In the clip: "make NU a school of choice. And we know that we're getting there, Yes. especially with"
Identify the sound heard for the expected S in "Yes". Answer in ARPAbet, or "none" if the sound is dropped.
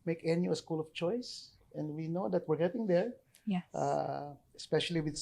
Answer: none